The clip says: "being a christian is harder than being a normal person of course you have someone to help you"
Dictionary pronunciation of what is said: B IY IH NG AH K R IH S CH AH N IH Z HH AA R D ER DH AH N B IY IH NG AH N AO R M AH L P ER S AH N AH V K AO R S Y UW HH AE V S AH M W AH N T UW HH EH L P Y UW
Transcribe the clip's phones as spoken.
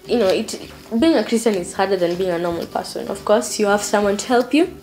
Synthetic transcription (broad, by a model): B IY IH NG AH K R IH S CH AH N IH Z HH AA R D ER DH AH N B IY IH NG AH N AO R M AH L P ER S AH N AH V K AO R S Y UW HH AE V S AH M W AH N T UW HH EH L P Y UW